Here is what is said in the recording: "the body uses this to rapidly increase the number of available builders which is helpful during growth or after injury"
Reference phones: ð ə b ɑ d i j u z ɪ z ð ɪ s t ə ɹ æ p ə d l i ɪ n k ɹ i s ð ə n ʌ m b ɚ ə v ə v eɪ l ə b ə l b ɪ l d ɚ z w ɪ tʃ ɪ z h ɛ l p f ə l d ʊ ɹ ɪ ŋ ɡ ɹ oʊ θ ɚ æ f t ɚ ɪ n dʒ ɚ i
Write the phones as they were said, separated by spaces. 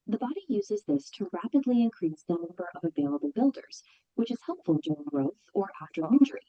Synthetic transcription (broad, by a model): ð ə b ɑ d i j u z ɪ z ð ɪ s t ə ɹ æ p ə d l i ɪ n k ɹ i s ð ə n ʌ m b ɚ ə v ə v eɪ l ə b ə l b ɪ l d ɚ z w ɪ tʃ ɪ z h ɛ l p f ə l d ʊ ɹ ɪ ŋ ɡ ɹ oʊ θ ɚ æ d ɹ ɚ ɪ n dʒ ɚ i